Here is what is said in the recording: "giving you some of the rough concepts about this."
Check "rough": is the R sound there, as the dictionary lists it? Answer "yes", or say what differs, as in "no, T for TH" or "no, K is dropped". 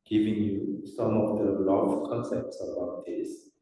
no, L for R